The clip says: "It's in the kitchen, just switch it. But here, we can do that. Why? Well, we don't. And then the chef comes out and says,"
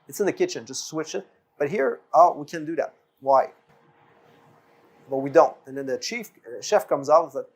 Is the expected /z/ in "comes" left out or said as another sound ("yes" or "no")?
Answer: no